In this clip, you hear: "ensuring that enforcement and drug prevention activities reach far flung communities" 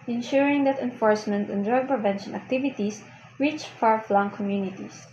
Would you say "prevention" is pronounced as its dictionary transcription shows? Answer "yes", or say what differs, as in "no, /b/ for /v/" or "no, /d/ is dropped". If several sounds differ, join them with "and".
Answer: yes